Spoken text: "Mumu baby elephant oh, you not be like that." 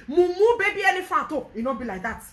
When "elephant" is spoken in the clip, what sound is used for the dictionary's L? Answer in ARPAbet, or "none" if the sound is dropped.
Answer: N